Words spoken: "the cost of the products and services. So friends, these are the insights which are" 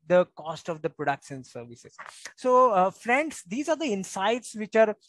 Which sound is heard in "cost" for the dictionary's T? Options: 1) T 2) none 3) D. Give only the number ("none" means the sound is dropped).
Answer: 1